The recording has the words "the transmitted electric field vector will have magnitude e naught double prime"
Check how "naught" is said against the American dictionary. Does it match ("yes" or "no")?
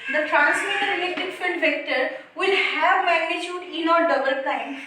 yes